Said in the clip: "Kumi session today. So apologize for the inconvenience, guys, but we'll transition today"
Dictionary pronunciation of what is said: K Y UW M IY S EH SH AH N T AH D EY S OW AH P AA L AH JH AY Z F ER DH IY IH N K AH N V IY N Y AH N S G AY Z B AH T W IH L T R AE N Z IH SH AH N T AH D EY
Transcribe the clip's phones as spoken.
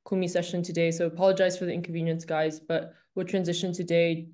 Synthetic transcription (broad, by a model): K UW M IY S EH SH AH N T AH D EY S OW AH P AA L AH JH AY Z F ER DH IY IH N K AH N V IY N Y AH N S G AY Z B AH T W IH T R AE N Z IH SH AH N T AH D EY